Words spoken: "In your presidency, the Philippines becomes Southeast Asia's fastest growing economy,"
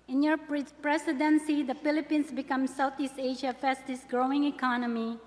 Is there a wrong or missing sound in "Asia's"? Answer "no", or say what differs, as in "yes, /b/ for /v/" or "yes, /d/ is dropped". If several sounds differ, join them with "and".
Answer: yes, /z/ is dropped